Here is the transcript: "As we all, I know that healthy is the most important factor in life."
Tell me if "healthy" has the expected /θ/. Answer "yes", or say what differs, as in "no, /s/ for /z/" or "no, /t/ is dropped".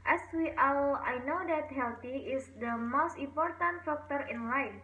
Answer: no, /t/ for /θ/